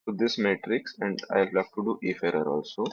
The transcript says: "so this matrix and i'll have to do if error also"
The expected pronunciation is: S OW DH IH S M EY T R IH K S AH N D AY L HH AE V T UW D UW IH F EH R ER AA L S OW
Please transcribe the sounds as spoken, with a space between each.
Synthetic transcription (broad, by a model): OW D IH S M EY T R IH K S AH N D AY L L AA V T UW D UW IH F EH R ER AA L S OW